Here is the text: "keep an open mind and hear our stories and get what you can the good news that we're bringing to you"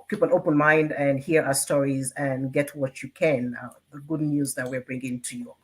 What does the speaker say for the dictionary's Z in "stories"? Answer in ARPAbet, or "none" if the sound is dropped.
Z